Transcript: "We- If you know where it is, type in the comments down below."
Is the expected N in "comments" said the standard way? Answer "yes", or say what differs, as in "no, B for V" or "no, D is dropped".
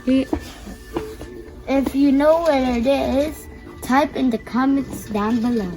no, N is dropped